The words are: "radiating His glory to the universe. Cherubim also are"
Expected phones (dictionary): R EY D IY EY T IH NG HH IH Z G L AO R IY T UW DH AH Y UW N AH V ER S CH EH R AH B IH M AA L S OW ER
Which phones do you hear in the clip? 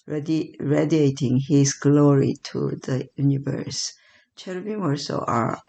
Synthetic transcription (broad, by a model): R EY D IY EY T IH NG HH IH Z G L AO R IY T UW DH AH Y UW N AH V ER S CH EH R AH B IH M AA S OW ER